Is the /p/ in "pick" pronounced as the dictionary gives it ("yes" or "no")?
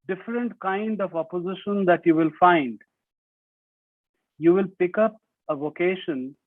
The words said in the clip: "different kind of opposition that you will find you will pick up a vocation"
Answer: yes